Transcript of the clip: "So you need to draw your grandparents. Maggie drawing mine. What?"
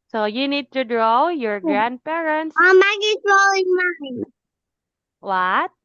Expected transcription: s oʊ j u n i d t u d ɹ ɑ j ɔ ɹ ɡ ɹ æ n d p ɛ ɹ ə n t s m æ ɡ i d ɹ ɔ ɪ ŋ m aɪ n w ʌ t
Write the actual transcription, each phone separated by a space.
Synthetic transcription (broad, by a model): s oʊ j u n i d t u d ɹ ɑ j ɔ ɹ ɡ ɹ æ n d p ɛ ɹ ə n t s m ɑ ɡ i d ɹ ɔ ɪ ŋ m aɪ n w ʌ t